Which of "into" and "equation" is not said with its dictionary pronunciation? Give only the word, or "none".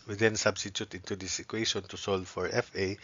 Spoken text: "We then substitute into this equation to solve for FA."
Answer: equation